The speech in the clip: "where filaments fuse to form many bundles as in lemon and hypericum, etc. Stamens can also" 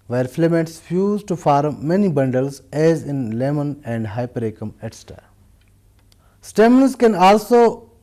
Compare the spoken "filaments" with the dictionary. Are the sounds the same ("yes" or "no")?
no